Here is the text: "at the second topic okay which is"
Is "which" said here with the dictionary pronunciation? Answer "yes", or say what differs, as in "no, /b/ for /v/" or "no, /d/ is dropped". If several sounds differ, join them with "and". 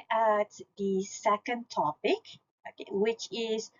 yes